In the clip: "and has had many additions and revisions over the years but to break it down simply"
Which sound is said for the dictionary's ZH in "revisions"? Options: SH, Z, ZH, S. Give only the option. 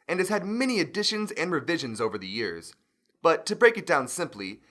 ZH